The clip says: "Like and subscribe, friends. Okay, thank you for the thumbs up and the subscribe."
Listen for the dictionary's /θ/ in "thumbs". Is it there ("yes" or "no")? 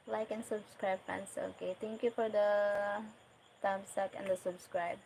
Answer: no